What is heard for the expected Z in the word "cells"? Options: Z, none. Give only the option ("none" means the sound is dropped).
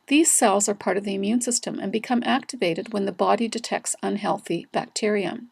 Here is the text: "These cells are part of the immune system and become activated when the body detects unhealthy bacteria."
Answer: Z